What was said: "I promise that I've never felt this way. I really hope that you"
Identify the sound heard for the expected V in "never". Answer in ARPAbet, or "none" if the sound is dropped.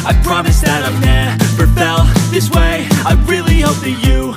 B